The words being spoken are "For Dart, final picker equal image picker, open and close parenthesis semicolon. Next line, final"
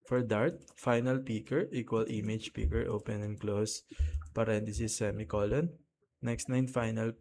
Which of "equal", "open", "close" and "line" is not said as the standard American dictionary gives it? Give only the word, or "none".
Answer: line